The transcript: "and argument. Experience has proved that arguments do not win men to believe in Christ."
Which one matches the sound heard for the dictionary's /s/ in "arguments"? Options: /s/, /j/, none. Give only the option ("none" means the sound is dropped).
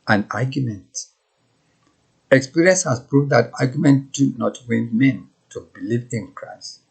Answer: none